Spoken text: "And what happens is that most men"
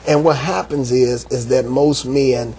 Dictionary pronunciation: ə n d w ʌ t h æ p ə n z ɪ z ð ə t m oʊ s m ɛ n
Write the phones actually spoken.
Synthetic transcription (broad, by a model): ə n w ʌ t h æ p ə n z ɪ z ð ə t m oʊ s m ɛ n